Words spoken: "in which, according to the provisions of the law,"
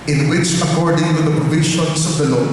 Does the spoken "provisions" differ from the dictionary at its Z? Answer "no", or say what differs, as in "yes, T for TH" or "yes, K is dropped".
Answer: yes, S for Z